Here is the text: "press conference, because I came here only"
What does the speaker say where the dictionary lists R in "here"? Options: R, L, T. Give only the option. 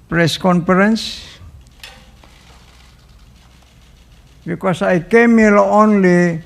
L